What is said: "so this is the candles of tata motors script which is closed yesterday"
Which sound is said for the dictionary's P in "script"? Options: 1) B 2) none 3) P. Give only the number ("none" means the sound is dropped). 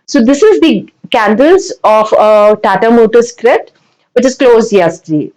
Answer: 2